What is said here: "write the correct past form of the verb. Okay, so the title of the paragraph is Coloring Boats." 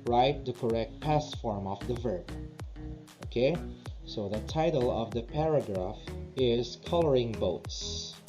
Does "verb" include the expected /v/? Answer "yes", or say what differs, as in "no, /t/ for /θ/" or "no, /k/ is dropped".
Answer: yes